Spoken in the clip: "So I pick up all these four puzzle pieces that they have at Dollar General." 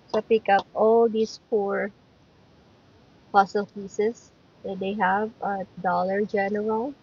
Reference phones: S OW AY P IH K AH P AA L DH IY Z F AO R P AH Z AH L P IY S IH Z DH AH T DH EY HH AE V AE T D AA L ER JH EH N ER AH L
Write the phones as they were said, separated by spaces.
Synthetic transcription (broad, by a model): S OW P IH K AH P AA L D IY S F AO R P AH S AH L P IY S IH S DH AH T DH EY HH AE V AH D AA L ER JH EH N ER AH L